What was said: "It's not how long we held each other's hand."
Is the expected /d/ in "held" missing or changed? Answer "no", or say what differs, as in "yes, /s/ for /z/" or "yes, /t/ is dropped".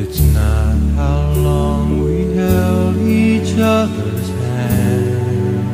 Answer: yes, /d/ is dropped